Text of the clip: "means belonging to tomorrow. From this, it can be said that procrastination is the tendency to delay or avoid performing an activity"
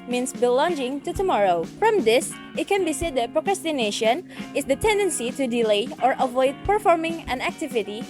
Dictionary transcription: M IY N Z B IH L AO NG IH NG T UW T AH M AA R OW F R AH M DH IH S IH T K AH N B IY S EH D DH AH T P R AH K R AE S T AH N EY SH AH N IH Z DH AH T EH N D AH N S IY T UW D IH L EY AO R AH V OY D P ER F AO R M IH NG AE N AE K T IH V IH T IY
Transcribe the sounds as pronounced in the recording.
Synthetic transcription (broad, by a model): M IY N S B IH L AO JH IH NG T UW T AH M AA R OW F R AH M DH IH S IH T K AH N B IY S EH D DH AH T P R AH K R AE S T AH N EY SH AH N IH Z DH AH T EH N D AH N S IY T UW D IH L EY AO R AH V OY D P ER F AO R M IH NG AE N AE K T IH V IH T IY